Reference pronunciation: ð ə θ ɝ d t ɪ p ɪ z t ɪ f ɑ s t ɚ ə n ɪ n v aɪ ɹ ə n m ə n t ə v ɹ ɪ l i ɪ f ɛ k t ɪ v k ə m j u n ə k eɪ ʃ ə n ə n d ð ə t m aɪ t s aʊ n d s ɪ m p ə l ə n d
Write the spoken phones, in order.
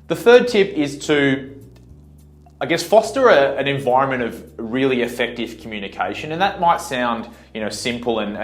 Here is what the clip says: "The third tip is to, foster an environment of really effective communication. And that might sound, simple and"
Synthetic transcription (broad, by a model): ð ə θ ɝ d t ɪ p ɪ z t ɪ f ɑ s t ɚ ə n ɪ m v aɪ ɹ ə n m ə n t ə v ɹ ɪ l i ɪ f ɛ k t ɪ v k m j u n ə k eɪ ʃ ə n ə n ð ə t m aɪ t s aʊ n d s ɪ m p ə l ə n